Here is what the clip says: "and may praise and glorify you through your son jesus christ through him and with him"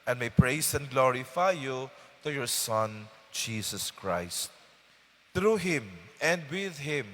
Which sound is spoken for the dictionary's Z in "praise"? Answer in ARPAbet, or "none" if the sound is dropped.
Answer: S